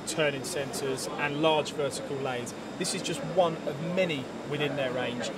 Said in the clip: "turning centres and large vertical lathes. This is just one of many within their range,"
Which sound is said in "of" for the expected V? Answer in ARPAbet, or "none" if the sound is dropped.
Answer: V